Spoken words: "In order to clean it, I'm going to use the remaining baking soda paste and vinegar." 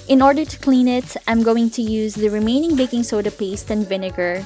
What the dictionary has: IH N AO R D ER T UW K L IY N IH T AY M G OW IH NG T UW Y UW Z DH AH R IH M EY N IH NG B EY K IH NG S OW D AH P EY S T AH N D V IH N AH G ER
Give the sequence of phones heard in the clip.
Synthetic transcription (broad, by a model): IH N AO R D ER T UW K L IY N IH T AY M G OW IH NG T UW Y UW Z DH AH R IH M EY N IH NG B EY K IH NG S OW D AH P EY S T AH N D V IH N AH G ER